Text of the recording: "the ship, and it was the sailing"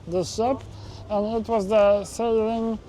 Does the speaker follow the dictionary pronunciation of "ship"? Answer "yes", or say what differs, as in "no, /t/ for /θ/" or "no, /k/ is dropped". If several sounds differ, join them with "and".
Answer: no, /s/ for /ʃ/